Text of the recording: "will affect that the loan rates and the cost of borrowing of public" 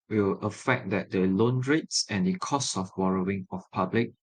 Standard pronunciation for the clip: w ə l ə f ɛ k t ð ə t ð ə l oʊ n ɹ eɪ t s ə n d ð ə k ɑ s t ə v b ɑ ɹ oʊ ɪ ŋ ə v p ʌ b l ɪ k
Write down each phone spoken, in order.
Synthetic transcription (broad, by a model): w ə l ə f ɛ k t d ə t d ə l oʊ n ɹ eɪ t s ə n d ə k ɑ s t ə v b ɑ ɹ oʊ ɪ ŋ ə f p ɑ b l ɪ k